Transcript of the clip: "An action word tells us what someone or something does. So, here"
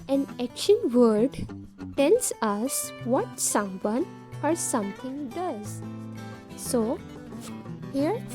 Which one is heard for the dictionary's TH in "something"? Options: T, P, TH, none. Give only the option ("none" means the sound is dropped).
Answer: T